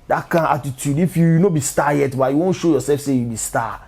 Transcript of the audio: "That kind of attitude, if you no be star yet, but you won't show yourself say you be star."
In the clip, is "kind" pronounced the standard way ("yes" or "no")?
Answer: no